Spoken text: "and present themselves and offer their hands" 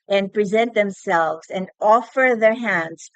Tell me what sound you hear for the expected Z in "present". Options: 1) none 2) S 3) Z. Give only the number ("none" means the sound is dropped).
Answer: 3